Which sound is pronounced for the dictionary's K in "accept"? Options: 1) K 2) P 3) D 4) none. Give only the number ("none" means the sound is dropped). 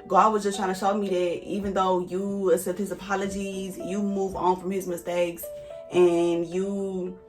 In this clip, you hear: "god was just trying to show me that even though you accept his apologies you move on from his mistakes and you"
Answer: 4